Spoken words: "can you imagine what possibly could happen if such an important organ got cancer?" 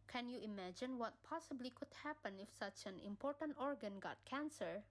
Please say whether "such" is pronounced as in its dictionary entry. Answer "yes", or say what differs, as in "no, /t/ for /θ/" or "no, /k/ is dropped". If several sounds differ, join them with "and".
yes